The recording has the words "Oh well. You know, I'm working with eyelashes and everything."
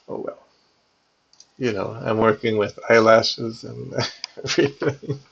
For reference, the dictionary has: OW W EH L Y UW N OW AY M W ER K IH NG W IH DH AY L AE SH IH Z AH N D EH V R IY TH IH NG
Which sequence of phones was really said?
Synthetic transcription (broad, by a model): OW W EH L Y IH N OW AY M W ER K IH NG W IH DH AY L AE SH IH Z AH N EH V R IY TH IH NG